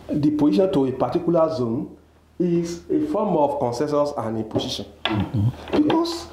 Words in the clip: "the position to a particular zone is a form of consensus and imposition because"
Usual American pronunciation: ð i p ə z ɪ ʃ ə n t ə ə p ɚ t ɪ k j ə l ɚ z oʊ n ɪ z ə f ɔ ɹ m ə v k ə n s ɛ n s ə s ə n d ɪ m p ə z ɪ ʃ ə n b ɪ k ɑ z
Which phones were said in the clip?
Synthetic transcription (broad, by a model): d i p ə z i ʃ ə n t ə ə p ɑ t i k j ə l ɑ z oʊ n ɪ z ə f ɔ m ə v k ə n s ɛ s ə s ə n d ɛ p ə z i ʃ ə n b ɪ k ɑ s